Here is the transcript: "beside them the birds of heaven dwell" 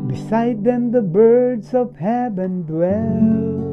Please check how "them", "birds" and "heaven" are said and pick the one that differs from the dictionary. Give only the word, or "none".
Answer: heaven